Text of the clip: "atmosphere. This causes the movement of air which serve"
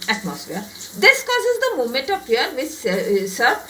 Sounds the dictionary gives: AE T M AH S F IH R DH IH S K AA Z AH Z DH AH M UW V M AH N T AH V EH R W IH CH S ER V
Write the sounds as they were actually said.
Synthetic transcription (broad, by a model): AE T M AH S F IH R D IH S K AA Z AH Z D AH M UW M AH N T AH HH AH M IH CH S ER